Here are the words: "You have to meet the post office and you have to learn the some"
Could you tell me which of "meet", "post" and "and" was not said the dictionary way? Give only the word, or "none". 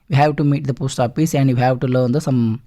none